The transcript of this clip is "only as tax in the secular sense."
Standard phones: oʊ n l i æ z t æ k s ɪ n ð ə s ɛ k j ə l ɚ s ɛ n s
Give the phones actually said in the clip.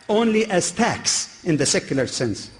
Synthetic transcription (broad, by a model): oʊ n l i æ z t æ k s ɪ n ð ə s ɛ k j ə l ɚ s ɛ n s